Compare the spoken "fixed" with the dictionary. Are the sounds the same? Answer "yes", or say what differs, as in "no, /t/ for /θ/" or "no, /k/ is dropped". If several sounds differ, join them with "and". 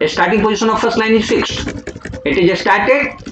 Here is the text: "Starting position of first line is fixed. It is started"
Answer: yes